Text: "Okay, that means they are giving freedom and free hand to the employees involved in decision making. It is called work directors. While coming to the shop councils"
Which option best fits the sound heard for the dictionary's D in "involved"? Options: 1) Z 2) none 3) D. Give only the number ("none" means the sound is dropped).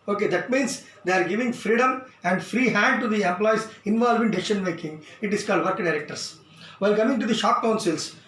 2